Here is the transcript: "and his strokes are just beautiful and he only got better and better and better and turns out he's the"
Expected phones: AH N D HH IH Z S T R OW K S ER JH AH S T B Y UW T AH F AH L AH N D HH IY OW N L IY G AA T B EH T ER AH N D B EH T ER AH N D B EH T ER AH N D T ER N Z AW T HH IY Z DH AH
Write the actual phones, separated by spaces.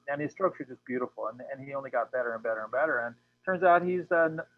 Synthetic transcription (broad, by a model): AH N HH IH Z S T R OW K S ER JH AH S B Y UW T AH F L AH N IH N IY OW N L IY G AA T B EH T ER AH N B EH T ER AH N B EH T ER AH N T ER N Z AW T HH IY Z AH